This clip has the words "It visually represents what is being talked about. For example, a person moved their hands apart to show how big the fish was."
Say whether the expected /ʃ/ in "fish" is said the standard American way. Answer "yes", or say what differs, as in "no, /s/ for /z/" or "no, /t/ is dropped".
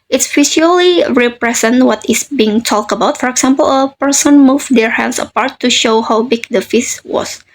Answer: no, /s/ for /ʃ/